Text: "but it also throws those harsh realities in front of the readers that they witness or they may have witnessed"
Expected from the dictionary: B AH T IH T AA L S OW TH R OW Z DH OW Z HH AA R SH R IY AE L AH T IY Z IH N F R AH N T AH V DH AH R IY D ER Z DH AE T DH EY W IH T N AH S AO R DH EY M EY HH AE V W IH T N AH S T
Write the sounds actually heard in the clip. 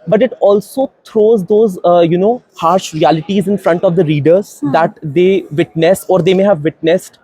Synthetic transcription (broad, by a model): B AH T IH T AA L S OW T R OW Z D OW Z HH AA R SH R IY AE L AH T IY Z IH N F R AH N T AH V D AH R IY D ER Z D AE T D EY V IH T N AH S AO R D EY M EY HH AE V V IH T N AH S T